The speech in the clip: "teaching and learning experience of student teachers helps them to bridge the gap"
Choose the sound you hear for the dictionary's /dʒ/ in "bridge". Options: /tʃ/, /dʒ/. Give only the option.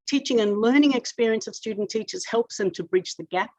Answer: /tʃ/